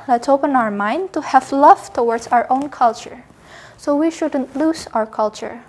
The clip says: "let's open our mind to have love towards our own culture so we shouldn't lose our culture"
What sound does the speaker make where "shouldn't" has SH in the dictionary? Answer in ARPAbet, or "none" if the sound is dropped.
SH